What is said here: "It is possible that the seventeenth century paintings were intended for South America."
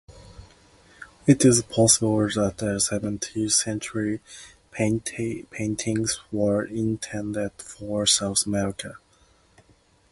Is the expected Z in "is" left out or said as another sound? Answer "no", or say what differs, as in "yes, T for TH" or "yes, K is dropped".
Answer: no